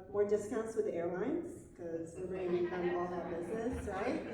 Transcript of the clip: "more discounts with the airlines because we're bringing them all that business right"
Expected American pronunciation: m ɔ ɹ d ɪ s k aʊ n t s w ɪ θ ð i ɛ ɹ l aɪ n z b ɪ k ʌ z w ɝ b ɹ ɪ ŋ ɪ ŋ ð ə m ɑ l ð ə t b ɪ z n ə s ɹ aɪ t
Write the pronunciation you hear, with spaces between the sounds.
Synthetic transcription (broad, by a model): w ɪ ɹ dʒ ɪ s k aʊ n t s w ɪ ð i ɛ ɹ l aɪ n z k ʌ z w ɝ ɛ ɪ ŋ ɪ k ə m ɑ l ð ə t b ɪ z n ə s ɹ aɪ t